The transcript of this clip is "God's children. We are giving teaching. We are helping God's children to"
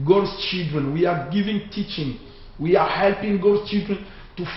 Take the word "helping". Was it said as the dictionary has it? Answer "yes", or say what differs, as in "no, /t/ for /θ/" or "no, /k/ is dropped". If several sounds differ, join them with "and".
yes